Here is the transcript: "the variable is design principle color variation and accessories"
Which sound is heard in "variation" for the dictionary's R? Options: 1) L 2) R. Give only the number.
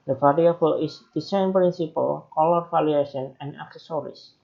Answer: 1